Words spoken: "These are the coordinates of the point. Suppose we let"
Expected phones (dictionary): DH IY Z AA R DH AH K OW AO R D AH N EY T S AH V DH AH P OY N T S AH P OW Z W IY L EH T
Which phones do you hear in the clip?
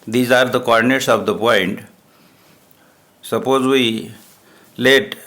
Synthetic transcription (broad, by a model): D IY Z AA R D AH K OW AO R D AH N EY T S AH V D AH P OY N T S AH P OW Z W IY L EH T